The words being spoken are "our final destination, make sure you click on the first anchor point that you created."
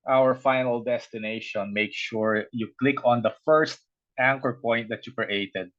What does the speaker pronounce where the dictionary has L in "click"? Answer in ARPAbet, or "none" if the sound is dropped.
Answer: L